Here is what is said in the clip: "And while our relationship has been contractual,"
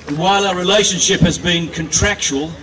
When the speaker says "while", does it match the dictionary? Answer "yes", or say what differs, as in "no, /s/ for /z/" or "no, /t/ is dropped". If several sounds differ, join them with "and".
yes